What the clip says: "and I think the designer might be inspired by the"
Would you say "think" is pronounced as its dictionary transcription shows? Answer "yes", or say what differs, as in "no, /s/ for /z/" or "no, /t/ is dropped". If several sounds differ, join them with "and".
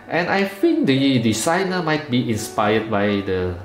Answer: no, /f/ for /θ/